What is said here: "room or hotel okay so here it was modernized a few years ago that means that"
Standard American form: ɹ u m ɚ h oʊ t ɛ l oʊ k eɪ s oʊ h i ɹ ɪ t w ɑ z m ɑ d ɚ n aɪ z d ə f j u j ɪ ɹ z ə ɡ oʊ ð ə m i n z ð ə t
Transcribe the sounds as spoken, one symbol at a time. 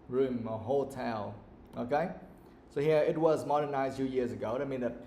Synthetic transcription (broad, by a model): ɹ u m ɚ h oʊ t ɛ l oʊ k eɪ s oʊ h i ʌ ɪ t w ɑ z m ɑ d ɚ n aɪ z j ə j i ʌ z ə ɡ oʊ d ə m i n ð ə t